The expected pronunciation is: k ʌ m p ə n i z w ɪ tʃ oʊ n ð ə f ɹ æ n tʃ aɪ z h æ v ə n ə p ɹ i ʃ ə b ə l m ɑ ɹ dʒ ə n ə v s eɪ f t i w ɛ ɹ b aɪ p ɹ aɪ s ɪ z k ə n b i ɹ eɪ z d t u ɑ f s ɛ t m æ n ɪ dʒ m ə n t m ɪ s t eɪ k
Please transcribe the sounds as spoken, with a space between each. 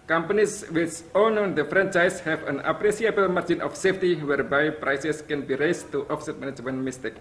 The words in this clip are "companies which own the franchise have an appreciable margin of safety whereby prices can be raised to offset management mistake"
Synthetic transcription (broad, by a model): k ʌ m p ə n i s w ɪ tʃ oʊ n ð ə f ɹ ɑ n tʃ aɪ s h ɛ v ə n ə p ɹ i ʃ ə b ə l m ɑ ɹ dʒ ə n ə f s eɪ f t i w ɛ ɹ b aɪ p ɹ aɪ s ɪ s k ə n b i ɹ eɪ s t u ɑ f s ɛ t m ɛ n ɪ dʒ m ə n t m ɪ s t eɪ k